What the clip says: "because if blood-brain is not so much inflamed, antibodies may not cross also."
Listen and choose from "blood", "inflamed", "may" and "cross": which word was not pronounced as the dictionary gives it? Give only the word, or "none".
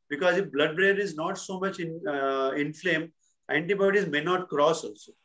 inflamed